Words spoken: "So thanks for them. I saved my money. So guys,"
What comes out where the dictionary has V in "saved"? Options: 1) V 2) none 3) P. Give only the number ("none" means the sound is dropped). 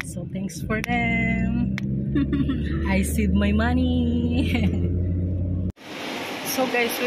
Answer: 2